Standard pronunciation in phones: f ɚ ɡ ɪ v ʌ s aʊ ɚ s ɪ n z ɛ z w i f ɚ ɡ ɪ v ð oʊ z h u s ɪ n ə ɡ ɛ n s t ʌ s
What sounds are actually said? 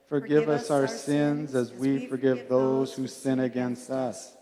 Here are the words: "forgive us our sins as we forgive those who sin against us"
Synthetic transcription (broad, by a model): f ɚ ɡ ɪ v ʌ s aʊ ɚ s ɪ n z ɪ z w i f ɚ ɡ ɪ v ð oʊ z h u s ɪ n ə ɡ ɛ n s t ʌ s